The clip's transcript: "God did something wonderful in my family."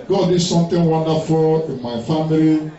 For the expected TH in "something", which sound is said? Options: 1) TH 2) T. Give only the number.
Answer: 2